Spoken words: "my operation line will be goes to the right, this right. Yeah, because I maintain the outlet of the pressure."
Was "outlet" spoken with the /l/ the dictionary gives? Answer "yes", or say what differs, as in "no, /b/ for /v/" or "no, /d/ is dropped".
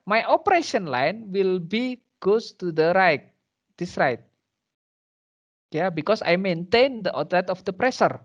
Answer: no, /l/ is dropped